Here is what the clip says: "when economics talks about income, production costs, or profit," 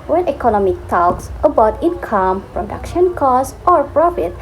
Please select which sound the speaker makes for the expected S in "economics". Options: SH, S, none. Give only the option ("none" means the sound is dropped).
none